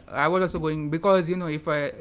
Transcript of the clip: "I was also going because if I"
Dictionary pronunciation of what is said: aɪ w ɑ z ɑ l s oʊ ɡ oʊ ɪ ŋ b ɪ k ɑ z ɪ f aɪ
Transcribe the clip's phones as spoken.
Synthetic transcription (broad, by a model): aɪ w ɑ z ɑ s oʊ ɡ oʊ ɪ ŋ b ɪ k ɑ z ɪ f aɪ